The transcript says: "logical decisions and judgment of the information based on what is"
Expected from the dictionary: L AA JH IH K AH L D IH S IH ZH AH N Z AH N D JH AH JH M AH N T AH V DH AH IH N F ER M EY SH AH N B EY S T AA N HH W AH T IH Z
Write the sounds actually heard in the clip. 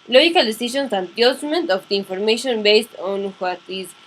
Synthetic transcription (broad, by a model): L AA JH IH K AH L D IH S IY SH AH N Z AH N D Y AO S M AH N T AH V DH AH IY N F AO M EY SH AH N B EY S T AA N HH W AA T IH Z